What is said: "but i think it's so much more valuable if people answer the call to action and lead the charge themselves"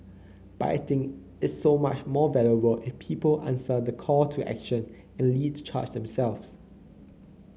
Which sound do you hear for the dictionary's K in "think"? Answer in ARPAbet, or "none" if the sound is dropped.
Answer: none